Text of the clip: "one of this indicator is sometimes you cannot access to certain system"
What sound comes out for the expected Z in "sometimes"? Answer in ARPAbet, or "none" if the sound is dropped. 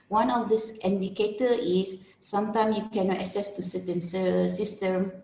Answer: none